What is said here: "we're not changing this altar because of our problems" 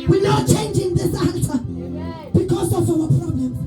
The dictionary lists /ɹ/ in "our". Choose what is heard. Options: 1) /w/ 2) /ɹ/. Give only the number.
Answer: 1